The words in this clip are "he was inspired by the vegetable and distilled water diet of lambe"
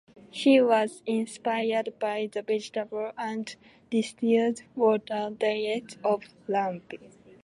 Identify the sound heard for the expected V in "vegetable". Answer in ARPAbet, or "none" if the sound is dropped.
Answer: B